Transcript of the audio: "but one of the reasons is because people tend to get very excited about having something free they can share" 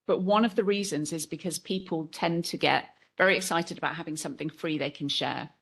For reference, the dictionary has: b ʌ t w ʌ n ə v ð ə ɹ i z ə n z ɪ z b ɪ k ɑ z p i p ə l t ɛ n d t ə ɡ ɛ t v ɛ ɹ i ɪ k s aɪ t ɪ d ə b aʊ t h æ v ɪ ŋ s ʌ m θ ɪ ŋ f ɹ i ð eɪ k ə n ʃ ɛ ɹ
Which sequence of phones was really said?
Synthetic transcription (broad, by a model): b ʌ t w ʌ n ə v ð ə ɹ i z ə n z ɪ z b ɪ k ɑ z p i p ə l t ɛ n t ə ɡ ɛ t v ɛ ɹ i ɪ k s aɪ t ɪ d ə b aʊ t h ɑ v ɪ ŋ s ʌ m θ ɪ ŋ f ɹ i ð eɪ k ə n ʃ ɛ